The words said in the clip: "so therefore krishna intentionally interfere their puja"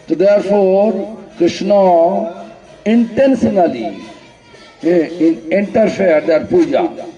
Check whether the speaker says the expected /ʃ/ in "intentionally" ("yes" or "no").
no